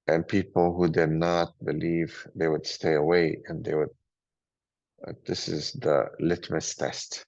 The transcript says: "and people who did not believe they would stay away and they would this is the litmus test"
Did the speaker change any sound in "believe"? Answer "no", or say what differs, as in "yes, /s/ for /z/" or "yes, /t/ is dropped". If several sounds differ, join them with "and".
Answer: no